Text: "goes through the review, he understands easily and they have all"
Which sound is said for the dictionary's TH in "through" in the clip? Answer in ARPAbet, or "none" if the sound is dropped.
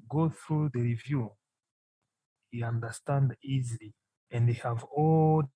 TH